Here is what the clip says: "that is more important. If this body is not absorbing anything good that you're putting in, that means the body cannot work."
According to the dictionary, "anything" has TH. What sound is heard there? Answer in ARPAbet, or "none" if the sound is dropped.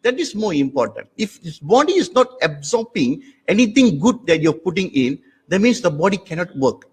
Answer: T